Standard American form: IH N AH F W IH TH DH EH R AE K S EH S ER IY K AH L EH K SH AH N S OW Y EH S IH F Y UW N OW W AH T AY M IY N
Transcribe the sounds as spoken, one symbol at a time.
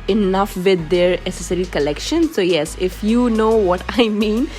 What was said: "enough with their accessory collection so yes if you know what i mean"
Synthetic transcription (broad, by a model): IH N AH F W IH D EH R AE S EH S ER IY K AH L EH K SH AH N S OW Y EH S IH F Y UW N OW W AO T AY M IY N